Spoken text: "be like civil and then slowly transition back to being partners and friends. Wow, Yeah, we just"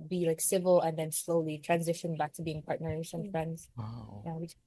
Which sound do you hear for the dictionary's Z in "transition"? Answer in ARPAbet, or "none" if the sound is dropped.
Z